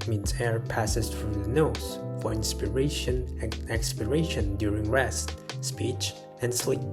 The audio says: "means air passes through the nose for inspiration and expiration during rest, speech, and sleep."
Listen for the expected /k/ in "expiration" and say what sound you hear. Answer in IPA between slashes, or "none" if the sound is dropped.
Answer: /k/